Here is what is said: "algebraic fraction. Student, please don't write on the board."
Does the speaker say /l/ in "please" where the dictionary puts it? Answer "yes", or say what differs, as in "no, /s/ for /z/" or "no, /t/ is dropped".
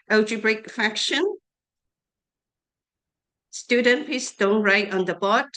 no, /l/ is dropped